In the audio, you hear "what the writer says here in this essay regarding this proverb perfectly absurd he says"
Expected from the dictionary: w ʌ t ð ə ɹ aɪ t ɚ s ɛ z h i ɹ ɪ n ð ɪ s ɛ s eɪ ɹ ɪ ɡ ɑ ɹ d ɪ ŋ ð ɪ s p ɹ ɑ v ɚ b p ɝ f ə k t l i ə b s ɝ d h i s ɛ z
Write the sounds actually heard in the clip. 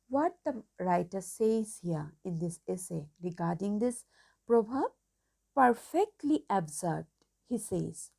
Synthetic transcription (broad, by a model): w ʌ t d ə ɹ aɪ t ɚ s ɛ z h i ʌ ɪ n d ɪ s ɛ s eɪ ɹ ɪ ɡ ɑ ɹ d ɪ ŋ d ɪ s p ɹ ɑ b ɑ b p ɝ f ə k t l i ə b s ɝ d h i s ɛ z